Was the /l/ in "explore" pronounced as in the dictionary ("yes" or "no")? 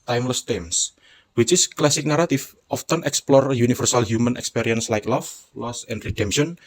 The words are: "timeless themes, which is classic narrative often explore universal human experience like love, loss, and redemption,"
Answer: yes